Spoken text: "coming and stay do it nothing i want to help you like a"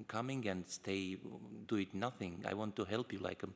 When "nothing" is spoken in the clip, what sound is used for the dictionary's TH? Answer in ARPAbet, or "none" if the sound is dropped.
TH